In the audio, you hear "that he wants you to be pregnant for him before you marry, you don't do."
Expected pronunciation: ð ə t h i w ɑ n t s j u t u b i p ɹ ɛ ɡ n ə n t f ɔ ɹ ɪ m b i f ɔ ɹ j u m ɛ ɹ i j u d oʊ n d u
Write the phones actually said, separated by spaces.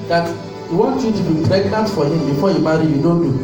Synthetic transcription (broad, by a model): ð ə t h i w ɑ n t j u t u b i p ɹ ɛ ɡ n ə n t f ɔ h ɪ m b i f ɔ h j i m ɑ ɹ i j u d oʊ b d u